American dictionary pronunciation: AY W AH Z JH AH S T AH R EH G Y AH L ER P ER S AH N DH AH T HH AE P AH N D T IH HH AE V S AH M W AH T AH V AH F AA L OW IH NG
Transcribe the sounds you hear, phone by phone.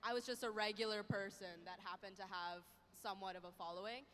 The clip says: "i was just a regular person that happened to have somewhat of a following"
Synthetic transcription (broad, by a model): AY W AH Z JH AH S T AH R EH G Y L ER P ER S AH N DH AH T HH AE P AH N T IH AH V S AH M W AH T AH V AH F AA L OW IH NG